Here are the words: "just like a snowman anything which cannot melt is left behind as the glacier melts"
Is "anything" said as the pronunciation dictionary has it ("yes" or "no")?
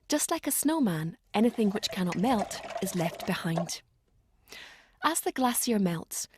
yes